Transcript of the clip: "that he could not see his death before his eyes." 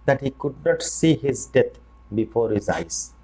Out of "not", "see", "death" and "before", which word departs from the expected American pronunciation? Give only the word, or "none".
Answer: death